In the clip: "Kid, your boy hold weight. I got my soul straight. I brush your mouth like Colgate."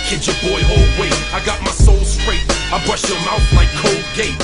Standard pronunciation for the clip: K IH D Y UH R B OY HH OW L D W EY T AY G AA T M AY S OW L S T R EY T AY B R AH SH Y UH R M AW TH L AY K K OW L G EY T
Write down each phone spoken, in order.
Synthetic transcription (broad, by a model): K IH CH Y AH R B OY HH OW L D W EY AY G AA T M AY S OW L S T R EY T AY B R AH SH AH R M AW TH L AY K K OW L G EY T